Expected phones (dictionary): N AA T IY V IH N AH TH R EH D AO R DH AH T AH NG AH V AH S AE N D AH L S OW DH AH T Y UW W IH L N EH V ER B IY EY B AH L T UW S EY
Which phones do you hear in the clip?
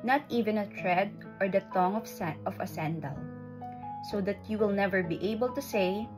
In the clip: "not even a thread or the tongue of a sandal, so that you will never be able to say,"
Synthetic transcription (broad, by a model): N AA T IY V IH N AH T R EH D AO R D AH T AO NG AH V AH S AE N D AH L S OW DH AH T Y UW W IH L N EH V ER B IY EY B AH L T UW S EY